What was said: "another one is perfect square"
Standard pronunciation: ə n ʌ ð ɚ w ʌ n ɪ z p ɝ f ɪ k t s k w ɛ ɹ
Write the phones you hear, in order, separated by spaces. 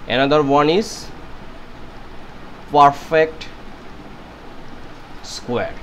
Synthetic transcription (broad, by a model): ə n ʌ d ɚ w ʌ n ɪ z p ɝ f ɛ k t s k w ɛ ɹ